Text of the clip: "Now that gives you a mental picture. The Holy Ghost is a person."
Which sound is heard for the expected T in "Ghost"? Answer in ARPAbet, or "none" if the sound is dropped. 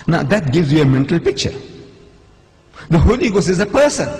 none